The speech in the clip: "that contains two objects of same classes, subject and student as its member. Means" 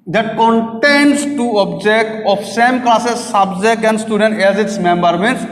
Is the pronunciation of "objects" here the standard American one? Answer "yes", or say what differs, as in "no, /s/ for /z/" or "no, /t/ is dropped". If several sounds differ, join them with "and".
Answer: no, /s/ is dropped